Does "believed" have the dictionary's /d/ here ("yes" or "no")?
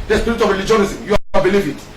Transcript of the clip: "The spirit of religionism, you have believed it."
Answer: no